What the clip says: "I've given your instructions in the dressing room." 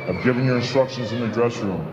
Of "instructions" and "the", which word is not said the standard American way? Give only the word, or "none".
none